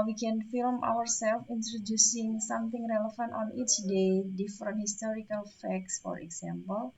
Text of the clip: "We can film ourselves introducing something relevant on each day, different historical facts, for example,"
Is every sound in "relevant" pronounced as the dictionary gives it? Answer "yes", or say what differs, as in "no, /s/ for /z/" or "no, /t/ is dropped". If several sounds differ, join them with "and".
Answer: no, /f/ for /v/